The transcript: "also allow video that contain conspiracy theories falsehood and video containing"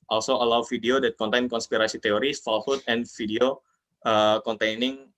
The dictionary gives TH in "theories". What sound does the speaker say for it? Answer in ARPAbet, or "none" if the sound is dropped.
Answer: T